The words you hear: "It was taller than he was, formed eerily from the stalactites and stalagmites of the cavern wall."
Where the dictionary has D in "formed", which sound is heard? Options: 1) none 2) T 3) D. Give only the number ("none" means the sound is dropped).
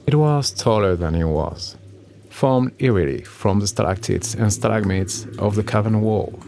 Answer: 3